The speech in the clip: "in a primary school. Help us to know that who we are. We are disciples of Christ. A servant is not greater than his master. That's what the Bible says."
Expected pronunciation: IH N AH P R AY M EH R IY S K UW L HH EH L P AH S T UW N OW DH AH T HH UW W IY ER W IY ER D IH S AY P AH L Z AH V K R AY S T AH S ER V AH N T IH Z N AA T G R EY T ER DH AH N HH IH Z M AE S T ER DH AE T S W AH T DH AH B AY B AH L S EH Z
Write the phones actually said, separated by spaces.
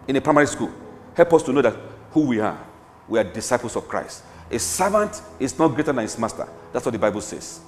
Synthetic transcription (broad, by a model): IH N AH P R AY M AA R IY S K UW L HH EH L P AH S T UW N OW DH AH T HH UW W IY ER W IY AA D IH S AY P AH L S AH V K R AY S T AH S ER V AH N T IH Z N AA T G R EY T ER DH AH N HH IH S M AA S T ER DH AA T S W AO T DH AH B AY B AH L S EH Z